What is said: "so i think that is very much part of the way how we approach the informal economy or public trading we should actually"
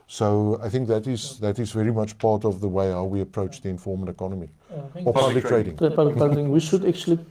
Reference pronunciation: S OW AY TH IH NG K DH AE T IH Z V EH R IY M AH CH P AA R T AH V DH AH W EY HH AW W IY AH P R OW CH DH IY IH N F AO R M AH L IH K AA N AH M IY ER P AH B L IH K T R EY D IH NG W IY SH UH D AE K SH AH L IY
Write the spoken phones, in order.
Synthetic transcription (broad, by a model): S OW AY TH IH NG K DH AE T IH Z V EH R IY M AH CH P AA R T AH V DH AH W EY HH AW W IY AH P R OW CH DH IY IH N F AO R M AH N IH K AA N AH M IY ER P AH B L IH K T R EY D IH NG W IY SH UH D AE K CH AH L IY